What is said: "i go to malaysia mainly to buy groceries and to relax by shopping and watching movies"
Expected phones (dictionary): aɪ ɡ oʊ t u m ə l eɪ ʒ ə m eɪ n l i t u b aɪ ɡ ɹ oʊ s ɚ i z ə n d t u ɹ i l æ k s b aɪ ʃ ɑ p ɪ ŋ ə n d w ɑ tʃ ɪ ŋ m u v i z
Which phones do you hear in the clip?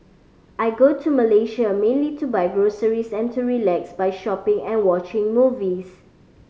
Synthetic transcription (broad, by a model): aɪ ɡ oʊ t u m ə l eɪ ʃ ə m eɪ n l i t u b aɪ ɡ ɹ oʊ s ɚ i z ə n t u ɹ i l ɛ k s b aɪ ʃ ɑ p ɪ ŋ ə n w ɑ tʃ ɪ ŋ m u v i s